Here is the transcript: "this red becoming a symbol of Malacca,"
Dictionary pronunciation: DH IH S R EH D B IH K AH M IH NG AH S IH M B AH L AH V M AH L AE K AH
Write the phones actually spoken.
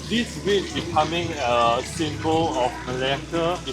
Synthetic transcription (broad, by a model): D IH S W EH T B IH K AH M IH NG AH S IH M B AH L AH F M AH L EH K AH